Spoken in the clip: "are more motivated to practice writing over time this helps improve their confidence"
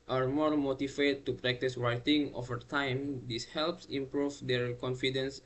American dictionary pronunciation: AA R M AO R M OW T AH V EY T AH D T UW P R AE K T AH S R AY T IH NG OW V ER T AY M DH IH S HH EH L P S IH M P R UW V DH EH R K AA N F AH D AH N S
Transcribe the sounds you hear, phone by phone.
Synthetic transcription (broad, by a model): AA R M AO R M OW T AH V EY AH T UW P R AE K T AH S R AY T IH NG OW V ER T AY M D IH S HH EH L P S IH M P R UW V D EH R K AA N F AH D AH N S